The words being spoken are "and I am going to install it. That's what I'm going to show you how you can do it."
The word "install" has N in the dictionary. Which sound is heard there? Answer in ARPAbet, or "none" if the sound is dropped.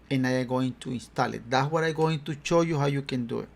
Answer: N